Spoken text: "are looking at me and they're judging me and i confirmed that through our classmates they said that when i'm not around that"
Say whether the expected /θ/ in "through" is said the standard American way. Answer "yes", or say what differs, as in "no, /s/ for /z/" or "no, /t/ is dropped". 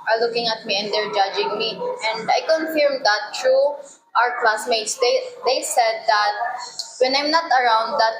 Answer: no, /t/ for /θ/